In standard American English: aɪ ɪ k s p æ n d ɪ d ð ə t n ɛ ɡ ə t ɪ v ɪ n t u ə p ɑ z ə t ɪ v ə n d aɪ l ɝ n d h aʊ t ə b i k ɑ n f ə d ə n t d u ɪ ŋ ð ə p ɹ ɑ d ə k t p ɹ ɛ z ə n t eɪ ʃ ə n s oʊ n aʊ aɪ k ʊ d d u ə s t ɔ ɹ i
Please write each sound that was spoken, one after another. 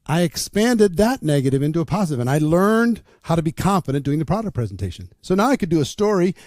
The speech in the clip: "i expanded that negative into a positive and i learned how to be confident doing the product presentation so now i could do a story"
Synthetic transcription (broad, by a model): aɪ ɪ k s p æ n d ɪ d ð ə t n ɛ ɡ ə t ɪ v ɪ n t u ə p ɑ z ə t ɪ v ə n aɪ l ɝ n d h aʊ t ə b i k ɑ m f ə d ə n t d u ɪ ŋ ð ə p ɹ ɑ d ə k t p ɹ ɛ z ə n t eɪ ʃ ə n s oʊ n aʊ aɪ k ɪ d d ə s t ɔ ɹ i